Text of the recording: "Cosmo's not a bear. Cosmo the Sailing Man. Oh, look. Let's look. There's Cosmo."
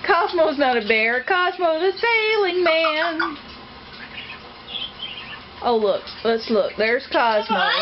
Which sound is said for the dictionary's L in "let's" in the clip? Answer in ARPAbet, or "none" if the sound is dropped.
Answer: L